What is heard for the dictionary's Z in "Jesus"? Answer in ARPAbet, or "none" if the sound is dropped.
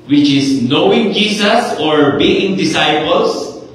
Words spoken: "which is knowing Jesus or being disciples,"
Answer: S